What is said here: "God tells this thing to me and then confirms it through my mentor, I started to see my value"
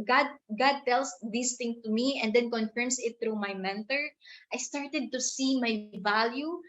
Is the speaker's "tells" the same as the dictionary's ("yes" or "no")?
no